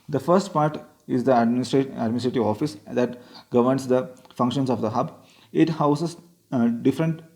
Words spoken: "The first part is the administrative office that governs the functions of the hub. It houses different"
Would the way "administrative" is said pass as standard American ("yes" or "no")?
yes